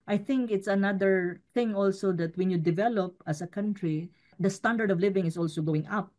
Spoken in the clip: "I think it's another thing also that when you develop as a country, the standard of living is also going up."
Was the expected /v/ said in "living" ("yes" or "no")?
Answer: yes